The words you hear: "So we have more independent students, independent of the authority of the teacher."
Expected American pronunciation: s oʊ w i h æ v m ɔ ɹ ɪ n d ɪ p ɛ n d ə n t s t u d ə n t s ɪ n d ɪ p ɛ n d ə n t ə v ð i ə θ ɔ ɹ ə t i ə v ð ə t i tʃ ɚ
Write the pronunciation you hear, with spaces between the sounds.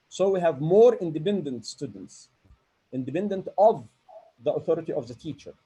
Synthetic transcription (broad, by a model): s oʊ w i h æ v m ɔ ɹ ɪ n d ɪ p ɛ n d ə n t s t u d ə n t s ɪ n d ɪ p ɛ n d ə n t ə v ð i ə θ ɔ ɹ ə t i ə v ð ə t i tʃ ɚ